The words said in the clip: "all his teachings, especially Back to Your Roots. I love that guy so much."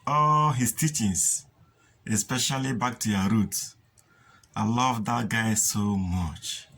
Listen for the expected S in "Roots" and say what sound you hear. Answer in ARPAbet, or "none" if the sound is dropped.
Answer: none